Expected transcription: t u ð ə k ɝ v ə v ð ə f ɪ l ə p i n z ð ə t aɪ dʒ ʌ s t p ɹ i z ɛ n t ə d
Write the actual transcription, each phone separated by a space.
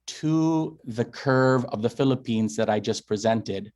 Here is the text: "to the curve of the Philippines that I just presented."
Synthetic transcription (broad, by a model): t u ð ə k ɝ v ə v ð ə f ɪ l ə p i n z ð ə t aɪ dʒ ʌ s p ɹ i z ɛ n t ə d